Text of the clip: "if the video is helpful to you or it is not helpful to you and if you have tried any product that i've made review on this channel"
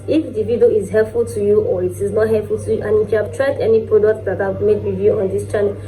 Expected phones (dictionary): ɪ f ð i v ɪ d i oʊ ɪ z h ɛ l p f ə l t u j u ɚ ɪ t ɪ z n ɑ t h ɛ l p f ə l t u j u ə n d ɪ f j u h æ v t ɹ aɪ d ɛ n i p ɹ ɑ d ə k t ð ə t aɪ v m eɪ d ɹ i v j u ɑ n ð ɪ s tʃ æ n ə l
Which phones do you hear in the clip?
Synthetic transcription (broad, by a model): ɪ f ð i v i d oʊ ɪ z h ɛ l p f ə l t u j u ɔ ɪ t ɪ z n ɑ t h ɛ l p f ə l t u j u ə n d ɪ f j u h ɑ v t ɹ aɪ d ɛ n i p ɹ ɑ d ə k t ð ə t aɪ v m eɪ d w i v j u ɑ n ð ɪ s tʃ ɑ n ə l